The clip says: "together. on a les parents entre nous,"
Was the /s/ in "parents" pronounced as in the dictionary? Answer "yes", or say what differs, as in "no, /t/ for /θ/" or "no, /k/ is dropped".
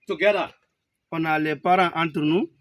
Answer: no, /s/ is dropped